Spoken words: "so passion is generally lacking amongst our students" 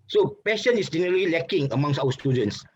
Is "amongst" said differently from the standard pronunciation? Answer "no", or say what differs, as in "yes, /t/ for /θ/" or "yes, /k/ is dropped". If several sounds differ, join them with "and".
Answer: yes, /t/ is dropped